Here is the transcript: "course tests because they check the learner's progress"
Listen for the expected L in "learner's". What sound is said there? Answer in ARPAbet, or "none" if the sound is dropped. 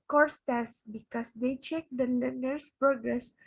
N